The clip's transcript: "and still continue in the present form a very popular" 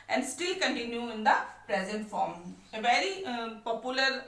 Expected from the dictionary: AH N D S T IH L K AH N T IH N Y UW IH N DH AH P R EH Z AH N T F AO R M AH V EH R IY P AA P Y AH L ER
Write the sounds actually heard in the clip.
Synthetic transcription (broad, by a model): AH N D S T IH L K AH N T IH N Y UW IH N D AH P R EH Z AH N T F AO R M AH V EH R IY P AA P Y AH L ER